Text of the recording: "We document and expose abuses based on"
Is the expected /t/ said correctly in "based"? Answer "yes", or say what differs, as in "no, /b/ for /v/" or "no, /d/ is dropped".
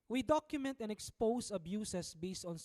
yes